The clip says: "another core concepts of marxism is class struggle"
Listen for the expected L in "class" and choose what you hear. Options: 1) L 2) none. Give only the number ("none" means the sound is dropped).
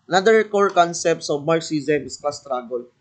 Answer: 2